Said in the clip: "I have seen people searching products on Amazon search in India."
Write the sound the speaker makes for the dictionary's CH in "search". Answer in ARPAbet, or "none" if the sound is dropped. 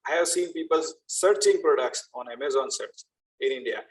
S